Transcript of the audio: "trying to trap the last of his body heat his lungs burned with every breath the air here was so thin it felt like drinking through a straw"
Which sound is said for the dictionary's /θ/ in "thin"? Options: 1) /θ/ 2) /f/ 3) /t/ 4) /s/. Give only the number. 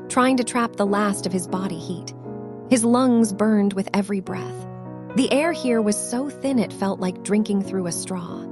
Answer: 1